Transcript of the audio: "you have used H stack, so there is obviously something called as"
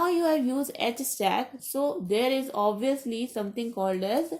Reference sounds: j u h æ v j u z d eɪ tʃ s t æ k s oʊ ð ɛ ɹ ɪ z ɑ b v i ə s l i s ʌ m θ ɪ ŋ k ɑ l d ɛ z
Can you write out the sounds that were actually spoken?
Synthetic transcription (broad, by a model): j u h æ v j u z d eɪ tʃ s t æ k s oʊ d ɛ ɹ ɪ z ɑ b v i ə s l i s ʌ m t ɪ ŋ k ɑ l d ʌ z